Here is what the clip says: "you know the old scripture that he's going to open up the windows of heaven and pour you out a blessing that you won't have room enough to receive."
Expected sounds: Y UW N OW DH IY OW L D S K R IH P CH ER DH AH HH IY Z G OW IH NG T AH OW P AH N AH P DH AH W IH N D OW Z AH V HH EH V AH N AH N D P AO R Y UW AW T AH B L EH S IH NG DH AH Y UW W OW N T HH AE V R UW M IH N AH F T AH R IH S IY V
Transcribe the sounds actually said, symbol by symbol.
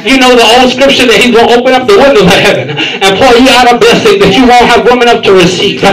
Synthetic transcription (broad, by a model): Y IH N OW DH IY OW L D S K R IH P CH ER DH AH HH IY Z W OW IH P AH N AH P DH AH W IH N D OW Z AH HH EH V AH N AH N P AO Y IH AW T AH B EH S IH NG DH AH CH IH W OW N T HH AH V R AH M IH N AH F T AH R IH S IY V